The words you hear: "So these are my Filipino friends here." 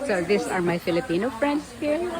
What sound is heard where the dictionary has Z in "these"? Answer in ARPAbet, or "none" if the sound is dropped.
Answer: S